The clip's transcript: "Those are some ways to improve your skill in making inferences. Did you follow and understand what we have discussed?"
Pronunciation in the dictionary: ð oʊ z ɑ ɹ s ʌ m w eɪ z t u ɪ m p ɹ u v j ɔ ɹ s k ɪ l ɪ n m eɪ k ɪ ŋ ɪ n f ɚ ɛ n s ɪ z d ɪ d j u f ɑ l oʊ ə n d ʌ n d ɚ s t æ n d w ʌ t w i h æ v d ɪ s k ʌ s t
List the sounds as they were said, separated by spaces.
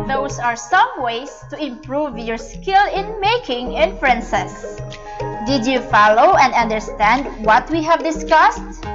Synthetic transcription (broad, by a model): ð oʊ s ɑ ɹ s ʌ m w eɪ s t u ɪ m p ɹ u v j ɔ ɹ s k ɪ l ɪ n m eɪ k ɪ ŋ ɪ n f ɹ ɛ n s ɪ s d ɪ d j u f ɑ l oʊ ə n d ʌ n d ɚ s t æ n d w ʌ t w i h æ v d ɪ s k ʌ s t